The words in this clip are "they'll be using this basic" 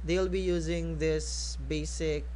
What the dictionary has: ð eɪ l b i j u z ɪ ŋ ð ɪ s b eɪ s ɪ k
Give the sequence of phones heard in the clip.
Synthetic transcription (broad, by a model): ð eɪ l b i j u z ɪ ŋ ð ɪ s b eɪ s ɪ k